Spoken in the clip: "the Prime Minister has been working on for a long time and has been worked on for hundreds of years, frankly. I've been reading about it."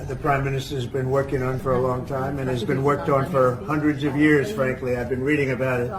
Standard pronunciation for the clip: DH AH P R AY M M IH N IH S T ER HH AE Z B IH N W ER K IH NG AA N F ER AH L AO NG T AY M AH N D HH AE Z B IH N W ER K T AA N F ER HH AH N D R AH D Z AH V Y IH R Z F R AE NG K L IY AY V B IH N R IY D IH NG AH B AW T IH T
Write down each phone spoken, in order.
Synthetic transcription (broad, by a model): DH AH P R AY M M IH N IH S T ER Z B IH N W ER K IH NG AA N F ER AH L AO NG T AY M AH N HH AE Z B IH N W ER K T N F ER HH AH N D R AH D Z AH V Y IH R Z F R AE NG K L IY AY V B IH N R IY D IH NG AH B AW T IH T